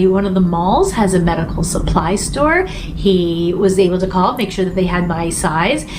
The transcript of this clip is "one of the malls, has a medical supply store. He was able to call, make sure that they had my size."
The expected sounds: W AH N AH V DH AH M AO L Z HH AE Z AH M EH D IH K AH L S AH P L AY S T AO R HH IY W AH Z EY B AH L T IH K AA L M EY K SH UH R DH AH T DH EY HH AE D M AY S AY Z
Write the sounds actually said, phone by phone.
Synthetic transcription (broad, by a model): W AH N AH V DH AH M AO L Z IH Z AH M EH D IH K L S AH P L AY S T AO R HH IY W AH Z EY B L T IH K AA L M EY K SH UH R DH AH T DH EY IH D M AY S AY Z